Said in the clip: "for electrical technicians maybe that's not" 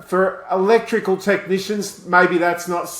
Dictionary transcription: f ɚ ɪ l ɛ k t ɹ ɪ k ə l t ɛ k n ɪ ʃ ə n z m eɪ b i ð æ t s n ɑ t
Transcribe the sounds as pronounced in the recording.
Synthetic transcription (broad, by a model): f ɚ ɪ l ɛ k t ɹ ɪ k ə l t ɛ k n ɪ ʃ ə n z m eɪ b i ð æ t s n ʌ t